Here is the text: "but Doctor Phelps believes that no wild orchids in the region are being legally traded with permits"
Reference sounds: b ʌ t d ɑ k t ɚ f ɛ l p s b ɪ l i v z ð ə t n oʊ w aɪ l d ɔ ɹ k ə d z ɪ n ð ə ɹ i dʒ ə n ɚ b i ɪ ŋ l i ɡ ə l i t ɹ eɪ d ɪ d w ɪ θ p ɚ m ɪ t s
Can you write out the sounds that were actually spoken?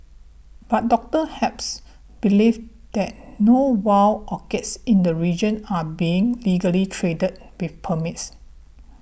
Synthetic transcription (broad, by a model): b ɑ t d ɑ k t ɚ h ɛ p s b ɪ l i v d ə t n oʊ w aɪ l ɔ k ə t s ɪ n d ə ɹ i dʒ ə n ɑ b i ɪ ŋ l i ɡ ə l i t ɹ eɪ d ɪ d w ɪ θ p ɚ m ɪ t s